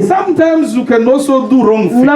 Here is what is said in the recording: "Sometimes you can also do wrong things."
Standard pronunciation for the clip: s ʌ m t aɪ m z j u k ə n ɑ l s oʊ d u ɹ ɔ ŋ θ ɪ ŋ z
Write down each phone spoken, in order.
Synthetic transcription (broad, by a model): s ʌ m t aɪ m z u k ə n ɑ s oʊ d u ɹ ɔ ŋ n